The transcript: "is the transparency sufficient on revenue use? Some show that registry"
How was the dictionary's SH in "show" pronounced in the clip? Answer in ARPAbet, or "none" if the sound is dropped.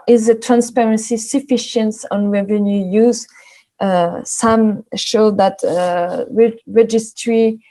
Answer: SH